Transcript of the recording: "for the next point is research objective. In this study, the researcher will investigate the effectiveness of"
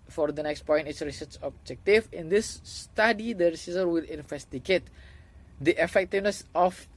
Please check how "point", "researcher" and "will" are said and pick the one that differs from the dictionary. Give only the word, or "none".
researcher